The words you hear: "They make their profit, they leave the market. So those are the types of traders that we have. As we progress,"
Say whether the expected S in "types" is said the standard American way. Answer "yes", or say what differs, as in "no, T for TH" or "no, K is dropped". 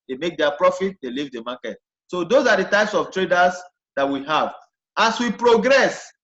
yes